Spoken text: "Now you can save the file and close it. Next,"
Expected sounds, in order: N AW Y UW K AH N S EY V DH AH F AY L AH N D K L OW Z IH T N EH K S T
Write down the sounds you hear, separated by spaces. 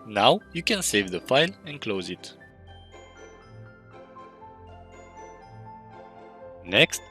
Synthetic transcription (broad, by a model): N AW Y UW K AH N S EY V DH AH F AY L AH N K L OW Z IH T N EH K S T